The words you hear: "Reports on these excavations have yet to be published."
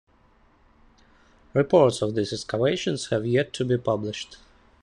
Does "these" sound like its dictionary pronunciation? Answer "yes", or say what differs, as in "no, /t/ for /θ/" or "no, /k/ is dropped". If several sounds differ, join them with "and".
no, /s/ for /z/